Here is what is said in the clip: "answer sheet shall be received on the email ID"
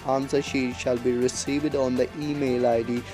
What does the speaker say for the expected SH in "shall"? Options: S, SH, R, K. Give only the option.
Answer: SH